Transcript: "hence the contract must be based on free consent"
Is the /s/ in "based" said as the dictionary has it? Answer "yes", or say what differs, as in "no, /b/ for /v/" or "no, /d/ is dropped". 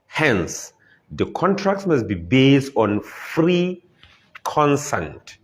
yes